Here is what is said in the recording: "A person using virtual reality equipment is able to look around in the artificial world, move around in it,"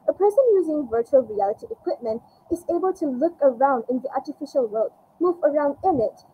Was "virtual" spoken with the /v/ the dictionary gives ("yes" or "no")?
yes